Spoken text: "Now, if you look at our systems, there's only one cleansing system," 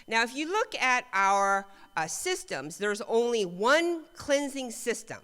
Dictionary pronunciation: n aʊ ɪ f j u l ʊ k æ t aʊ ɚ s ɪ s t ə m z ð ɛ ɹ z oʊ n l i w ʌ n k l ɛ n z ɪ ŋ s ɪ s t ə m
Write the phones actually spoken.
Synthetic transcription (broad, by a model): n aʊ ɪ f j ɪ l ʊ k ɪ t aʊ ɚ s ɪ s t ə m z ð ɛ ɹ z oʊ n l i w ʌ n k l ɛ n z ɪ ŋ s ɪ s t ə m